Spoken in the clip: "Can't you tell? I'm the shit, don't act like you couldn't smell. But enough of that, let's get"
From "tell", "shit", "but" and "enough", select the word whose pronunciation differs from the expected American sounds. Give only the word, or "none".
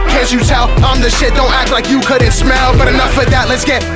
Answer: none